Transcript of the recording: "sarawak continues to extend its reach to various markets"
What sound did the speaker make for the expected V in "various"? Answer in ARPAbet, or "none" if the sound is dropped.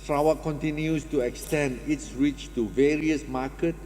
V